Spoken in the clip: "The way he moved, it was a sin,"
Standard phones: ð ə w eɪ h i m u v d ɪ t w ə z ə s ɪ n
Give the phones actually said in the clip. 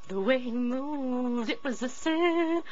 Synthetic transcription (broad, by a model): ð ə w eɪ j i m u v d ɪ t w ə z ə s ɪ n